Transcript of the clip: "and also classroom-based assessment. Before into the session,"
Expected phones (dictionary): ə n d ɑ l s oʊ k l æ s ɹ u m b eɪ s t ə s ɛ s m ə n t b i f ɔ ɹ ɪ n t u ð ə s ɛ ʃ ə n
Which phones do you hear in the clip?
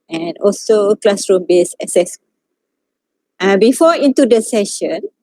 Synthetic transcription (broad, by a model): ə n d ɑ l s oʊ k l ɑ s ɹ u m b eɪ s ə s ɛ s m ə b i f ɔ ɪ n t u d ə s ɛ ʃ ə n